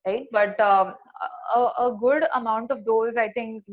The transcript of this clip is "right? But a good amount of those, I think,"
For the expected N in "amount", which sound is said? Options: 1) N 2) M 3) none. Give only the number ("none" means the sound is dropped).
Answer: 1